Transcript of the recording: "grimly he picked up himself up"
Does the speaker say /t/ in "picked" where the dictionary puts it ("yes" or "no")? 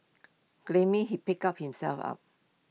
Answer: no